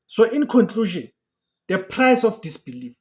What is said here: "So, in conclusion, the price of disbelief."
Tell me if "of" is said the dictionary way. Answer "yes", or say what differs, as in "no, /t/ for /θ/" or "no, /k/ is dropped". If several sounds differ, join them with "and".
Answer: no, /f/ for /v/